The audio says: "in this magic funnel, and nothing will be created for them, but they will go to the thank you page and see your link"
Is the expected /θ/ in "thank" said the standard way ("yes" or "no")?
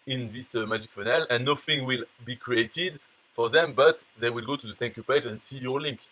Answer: no